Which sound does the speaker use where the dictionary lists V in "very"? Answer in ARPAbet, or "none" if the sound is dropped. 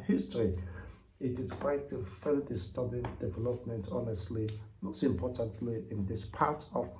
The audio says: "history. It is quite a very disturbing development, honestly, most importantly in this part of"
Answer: F